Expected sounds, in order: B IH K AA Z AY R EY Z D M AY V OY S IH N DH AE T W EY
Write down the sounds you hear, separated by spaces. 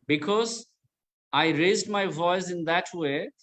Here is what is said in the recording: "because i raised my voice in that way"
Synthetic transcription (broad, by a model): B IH K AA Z AY R EY Z D M AY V OY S IH N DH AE T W EY